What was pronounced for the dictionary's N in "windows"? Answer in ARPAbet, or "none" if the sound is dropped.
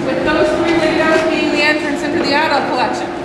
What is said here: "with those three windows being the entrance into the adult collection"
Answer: none